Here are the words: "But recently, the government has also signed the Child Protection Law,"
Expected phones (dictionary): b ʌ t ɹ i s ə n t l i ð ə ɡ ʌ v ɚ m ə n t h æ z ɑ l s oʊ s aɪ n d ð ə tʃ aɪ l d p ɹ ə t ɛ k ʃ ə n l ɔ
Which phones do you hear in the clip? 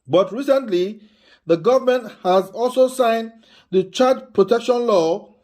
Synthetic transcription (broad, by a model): b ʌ t ɹ i s ə n t l i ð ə ɡ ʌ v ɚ m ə n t h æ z ɑ l s oʊ s aɪ n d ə tʃ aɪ d p ɹ ə t ɛ k ʃ ə n l ɔ